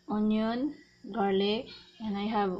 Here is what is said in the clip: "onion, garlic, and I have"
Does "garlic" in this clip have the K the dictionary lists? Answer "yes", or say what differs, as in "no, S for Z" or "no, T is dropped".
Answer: no, K is dropped